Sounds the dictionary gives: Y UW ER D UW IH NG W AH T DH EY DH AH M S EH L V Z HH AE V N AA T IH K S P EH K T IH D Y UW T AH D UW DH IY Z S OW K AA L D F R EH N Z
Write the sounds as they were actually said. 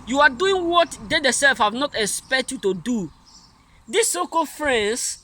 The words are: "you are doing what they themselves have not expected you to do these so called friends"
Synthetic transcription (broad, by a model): Y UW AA D UW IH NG W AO T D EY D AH S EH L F HH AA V N AA T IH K S P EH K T Y UW T AH D UW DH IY S OW K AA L F R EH N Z